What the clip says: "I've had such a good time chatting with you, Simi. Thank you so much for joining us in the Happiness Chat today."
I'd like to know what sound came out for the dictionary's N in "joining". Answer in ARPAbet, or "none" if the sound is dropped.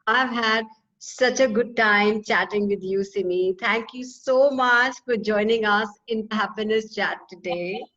N